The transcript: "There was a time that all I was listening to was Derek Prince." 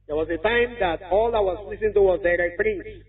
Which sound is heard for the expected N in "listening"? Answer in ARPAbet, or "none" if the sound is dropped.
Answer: none